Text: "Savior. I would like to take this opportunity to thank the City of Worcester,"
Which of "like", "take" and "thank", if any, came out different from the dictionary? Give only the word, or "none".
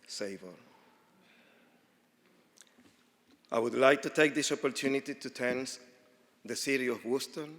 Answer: thank